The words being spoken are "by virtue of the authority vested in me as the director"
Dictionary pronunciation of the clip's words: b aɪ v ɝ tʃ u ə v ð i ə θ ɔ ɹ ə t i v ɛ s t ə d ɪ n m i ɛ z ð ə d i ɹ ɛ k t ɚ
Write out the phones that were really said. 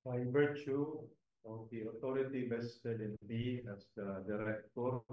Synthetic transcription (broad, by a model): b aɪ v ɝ tʃ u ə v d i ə t ɔ ɹ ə t i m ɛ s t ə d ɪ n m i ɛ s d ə d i ɹ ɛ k t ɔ